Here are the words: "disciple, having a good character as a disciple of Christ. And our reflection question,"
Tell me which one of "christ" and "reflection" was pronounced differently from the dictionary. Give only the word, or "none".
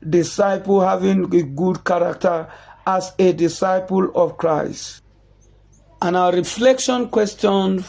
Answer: none